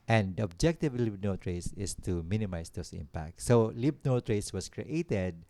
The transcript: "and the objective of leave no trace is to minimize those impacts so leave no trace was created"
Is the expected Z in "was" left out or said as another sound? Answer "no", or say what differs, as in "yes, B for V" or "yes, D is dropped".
yes, S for Z